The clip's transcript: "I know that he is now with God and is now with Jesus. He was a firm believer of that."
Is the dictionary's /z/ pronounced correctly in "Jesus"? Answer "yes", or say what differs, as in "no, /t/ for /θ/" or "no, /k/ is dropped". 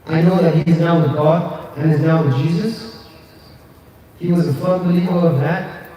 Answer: yes